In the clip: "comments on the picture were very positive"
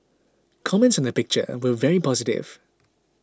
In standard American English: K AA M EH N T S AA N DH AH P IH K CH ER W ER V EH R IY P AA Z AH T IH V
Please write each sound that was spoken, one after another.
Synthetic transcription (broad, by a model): K AA M EH N T S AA N DH AH P IH K CH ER W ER V EH R IY P AA Z AH T IH V